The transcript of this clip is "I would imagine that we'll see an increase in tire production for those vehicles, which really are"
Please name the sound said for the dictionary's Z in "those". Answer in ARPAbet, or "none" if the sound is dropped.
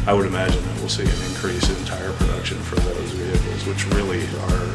Z